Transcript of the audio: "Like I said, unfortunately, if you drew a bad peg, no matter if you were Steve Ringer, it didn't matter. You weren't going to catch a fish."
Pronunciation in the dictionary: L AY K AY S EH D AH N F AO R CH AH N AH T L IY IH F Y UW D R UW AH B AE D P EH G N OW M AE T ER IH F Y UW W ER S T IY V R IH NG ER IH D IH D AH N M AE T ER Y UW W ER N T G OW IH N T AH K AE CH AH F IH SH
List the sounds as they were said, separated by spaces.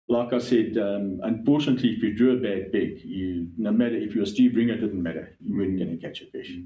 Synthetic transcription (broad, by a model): L AY K AY S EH D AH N F AO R CH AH N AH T L IY IH F Y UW D R UW AH B AE D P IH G N OW M AE T ER IH F Y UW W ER S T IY B R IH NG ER IH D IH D N M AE T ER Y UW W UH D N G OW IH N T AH K AE CH AH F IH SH